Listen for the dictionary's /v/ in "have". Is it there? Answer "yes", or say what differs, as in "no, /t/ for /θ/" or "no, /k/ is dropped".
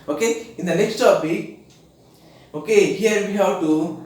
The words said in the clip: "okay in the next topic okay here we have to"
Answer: no, /w/ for /v/